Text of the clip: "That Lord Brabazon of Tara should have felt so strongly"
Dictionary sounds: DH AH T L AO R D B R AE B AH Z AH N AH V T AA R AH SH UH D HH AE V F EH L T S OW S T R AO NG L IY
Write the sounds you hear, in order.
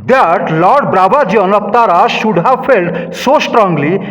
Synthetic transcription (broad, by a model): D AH T L AO R D B R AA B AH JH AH N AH P T AA R AH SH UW D HH AE V F EH L T S OW S T R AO NG L IY